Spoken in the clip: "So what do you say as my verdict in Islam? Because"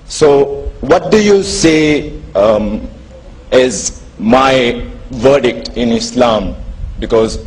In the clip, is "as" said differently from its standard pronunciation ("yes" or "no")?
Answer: no